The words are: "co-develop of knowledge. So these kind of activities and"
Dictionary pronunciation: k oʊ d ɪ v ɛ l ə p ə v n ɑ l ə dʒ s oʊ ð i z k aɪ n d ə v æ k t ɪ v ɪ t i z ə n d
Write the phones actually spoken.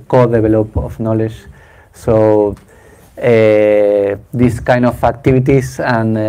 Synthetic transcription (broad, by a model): k oʊ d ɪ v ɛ l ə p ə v n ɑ l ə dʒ s oʊ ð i s k aɪ n d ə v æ k t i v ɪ t i s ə n